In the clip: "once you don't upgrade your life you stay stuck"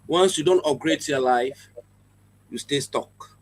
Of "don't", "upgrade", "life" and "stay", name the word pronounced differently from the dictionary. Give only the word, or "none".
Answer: upgrade